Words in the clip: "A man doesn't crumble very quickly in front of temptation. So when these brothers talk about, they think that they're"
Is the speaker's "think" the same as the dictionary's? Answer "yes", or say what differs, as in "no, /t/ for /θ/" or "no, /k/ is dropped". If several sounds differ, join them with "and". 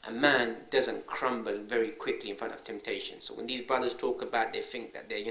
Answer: yes